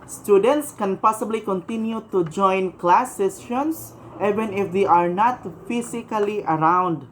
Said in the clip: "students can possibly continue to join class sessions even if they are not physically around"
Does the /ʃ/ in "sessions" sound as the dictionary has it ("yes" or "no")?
no